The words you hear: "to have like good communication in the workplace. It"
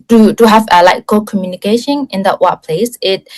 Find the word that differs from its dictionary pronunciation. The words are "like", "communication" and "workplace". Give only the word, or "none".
workplace